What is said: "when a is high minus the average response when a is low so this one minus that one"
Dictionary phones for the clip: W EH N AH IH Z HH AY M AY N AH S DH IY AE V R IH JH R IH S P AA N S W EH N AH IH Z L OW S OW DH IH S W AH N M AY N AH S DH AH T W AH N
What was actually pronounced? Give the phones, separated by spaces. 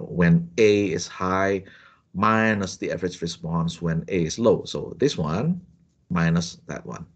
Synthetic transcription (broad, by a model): W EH N AH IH S HH AY M AY N AH S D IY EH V R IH CH R IH S P AA N S W EH N AH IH S L OW S OW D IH S W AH N M AY N AH S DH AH T W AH N